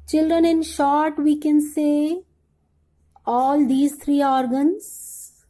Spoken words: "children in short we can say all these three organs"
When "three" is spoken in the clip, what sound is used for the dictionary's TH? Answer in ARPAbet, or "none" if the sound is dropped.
T